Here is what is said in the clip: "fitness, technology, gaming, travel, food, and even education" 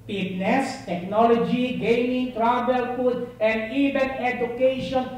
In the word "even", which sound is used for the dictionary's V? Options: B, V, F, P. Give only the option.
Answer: B